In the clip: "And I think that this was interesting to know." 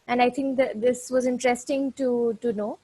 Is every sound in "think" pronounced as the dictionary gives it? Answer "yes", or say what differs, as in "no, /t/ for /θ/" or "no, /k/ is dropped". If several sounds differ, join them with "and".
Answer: no, /t/ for /θ/